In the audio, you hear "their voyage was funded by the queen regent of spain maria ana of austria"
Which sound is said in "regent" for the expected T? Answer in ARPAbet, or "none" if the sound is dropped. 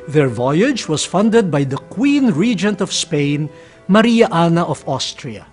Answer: T